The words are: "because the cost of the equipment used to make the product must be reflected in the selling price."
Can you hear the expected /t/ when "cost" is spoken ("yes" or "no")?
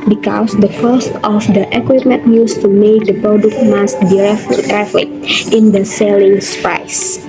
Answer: yes